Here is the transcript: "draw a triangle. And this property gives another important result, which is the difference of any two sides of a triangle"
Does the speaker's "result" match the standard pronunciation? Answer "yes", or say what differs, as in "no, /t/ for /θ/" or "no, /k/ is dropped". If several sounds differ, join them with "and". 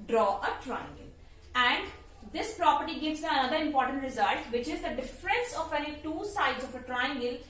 yes